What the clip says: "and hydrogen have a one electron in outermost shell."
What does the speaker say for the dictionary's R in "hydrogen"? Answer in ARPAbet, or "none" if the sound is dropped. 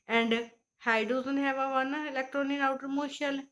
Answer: none